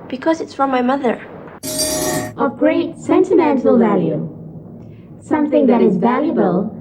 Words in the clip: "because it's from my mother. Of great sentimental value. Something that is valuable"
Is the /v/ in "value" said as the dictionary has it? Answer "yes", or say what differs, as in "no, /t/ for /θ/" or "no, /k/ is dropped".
yes